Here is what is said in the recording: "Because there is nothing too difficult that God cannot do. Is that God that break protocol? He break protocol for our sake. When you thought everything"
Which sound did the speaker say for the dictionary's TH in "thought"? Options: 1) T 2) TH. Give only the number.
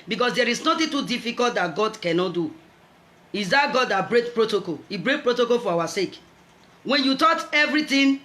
1